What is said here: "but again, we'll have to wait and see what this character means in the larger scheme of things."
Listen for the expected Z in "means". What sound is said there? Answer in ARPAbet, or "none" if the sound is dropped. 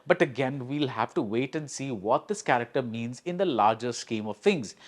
Z